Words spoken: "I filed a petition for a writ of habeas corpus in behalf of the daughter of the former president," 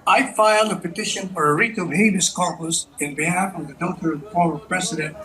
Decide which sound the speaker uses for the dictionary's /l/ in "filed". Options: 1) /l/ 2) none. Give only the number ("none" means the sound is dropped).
1